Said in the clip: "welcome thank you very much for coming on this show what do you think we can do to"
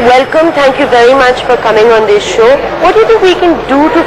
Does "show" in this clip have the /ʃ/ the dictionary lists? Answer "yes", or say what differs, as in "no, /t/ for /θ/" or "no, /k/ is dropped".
yes